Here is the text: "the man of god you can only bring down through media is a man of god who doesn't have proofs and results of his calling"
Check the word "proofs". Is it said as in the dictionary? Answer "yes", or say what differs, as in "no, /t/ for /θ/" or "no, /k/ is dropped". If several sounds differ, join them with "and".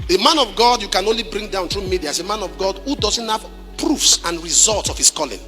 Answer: yes